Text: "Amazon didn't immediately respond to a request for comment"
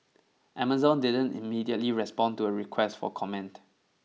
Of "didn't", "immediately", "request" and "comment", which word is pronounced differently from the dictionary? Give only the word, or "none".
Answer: none